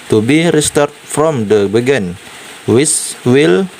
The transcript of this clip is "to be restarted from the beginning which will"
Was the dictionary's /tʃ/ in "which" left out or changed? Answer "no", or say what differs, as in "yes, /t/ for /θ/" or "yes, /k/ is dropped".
yes, /s/ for /tʃ/